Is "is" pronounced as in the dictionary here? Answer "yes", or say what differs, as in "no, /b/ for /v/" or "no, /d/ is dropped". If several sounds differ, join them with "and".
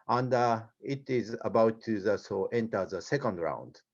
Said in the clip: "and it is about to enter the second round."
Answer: yes